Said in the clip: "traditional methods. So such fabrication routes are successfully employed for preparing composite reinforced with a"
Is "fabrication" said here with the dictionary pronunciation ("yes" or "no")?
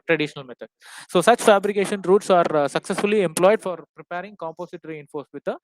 yes